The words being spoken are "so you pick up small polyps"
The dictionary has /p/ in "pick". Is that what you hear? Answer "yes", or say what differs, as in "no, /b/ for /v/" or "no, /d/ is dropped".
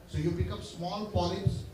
no, /b/ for /p/